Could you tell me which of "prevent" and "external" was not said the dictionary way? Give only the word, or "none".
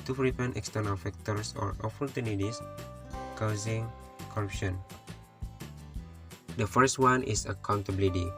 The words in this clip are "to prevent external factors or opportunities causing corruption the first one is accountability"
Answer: prevent